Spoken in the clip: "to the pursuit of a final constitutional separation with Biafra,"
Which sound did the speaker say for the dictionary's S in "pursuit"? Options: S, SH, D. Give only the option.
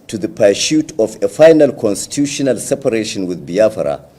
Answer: SH